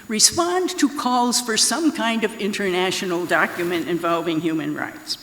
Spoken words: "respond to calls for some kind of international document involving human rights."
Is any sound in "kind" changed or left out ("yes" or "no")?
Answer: no